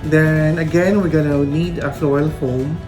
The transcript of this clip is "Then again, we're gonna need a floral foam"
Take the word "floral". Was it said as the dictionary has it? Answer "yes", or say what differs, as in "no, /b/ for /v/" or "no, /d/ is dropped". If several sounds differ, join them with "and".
no, /ɹ/ is dropped